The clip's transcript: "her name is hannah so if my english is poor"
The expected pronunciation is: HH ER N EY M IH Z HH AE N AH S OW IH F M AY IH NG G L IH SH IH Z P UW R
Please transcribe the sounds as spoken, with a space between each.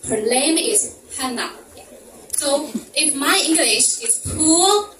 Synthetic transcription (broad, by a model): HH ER L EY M IH Z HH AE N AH S OW IH F M AY IH NG G L IH SH IH Z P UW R